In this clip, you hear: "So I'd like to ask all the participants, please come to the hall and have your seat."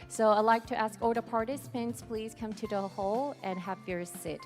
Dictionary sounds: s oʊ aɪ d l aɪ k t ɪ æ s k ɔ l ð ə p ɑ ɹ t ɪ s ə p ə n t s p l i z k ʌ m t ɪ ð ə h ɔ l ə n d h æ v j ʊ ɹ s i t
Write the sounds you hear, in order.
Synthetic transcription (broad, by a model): s oʊ aɪ l aɪ k t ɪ æ s k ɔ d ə p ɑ ɹ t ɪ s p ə n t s p l i z k ʌ m t ɪ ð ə h ɔ l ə n h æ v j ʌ ɹ s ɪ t